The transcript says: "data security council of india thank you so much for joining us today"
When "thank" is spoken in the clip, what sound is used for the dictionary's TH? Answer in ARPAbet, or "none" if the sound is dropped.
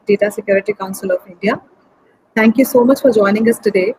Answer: T